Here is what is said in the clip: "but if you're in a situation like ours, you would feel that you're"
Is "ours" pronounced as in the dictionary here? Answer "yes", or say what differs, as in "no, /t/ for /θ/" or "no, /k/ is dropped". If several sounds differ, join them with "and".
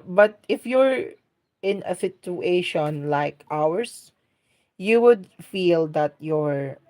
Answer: no, /s/ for /z/